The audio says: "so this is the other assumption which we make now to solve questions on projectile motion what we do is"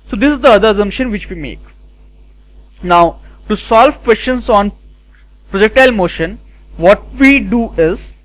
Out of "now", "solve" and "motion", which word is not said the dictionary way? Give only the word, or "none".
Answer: none